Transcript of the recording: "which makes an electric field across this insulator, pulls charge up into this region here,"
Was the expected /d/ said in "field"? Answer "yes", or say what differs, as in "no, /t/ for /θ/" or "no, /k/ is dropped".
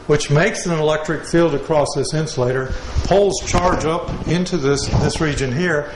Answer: yes